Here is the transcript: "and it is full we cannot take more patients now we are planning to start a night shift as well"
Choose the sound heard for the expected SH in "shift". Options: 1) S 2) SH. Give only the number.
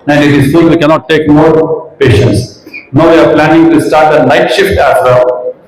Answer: 2